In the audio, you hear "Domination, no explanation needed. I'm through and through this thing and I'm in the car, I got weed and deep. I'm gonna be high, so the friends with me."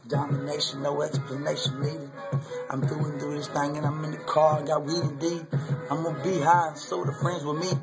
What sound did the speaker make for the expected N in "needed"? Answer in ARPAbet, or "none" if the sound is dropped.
L